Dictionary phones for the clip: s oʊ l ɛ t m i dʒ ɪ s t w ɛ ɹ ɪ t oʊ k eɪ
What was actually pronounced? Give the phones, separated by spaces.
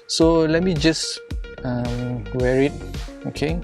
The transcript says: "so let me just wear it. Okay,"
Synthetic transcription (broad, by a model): s oʊ l ɛ t m i dʒ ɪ s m w ɛ ɹ ɪ t oʊ k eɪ